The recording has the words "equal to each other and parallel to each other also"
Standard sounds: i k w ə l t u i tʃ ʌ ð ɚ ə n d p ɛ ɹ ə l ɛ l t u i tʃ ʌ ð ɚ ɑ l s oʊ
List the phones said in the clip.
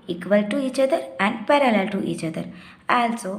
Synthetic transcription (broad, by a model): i k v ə l t u i tʃ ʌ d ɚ ə n d p ɛ ɹ ə l ɛ l t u i tʃ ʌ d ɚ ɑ l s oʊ